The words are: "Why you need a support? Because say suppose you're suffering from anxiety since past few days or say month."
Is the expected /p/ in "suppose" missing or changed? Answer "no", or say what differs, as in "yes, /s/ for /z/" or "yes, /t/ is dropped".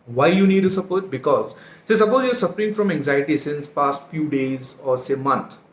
yes, /b/ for /p/